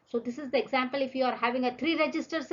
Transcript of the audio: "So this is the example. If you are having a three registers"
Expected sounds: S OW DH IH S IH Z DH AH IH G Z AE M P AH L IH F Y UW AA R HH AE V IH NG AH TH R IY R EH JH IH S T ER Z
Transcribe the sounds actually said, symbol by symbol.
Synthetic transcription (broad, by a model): S OW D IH S IH Z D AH IH G Z AE M P AH L IH F Y UW AA R HH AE V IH NG AH T R IY R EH JH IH S T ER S